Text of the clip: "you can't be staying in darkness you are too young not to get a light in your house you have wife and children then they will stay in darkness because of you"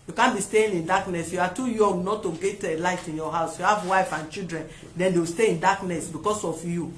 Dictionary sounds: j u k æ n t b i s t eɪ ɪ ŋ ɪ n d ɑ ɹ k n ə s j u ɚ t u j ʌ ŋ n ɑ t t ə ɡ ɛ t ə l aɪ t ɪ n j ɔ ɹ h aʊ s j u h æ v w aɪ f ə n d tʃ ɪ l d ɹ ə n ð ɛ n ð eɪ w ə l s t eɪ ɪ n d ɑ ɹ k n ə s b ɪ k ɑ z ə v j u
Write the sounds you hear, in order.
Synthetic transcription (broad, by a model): j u k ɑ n b i s t eɪ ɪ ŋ ɪ n d ɑ k n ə s j u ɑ t u j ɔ ŋ n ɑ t t ə ɡ ɛ t ə l aɪ t ɪ n j ɔ h aʊ s j u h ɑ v w aɪ f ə n tʃ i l d ɹ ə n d ɛ n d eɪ w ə s t eɪ ɪ n d ɑ k n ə s b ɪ k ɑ s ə f j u